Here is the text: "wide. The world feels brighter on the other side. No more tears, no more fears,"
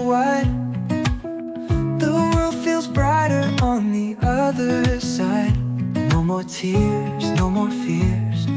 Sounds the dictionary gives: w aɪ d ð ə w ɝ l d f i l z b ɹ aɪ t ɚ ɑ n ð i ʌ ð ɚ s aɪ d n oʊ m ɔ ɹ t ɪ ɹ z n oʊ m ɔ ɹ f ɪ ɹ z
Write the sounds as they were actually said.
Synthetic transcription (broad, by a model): w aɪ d ð ə w ɝ l d f i l z b ɹ aɪ t ɚ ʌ n ð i ʌ ð ɚ s aɪ d n oʊ m ɔ ɹ t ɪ ɹ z n oʊ m ɔ ɹ f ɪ ɹ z